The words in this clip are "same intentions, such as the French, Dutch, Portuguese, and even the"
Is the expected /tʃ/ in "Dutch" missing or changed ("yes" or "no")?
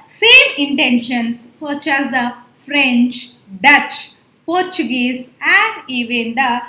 no